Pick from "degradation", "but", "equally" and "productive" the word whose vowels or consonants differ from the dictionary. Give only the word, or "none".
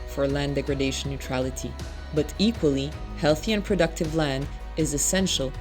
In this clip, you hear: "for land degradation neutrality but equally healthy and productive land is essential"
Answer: degradation